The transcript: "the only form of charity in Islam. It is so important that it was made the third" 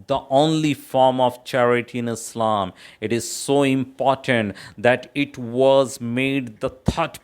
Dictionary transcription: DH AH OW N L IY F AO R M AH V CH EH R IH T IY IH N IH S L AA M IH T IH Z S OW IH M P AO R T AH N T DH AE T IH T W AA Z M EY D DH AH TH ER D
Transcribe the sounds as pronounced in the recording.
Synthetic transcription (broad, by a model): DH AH OW N L IY F AO R M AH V CH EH R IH T IY IH N IH S L AA M IH T IH Z S OW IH M P AO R T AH N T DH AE T IH T W AA Z M EY D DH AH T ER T